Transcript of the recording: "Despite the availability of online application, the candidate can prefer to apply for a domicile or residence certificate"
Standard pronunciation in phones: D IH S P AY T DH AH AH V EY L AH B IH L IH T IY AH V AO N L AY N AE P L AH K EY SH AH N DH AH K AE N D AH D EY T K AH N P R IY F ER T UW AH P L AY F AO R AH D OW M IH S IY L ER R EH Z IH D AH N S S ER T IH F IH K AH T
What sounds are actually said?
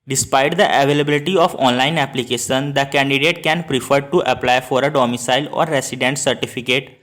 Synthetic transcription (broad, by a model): D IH S P AY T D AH AH V EY L AH B IH L IH T IY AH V AO N L AY N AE P L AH K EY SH AH N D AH K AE N D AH D EY T K AH N P R IY F ER T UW AH P L AY F AO R AH D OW M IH S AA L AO R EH S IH D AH N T S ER T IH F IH K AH T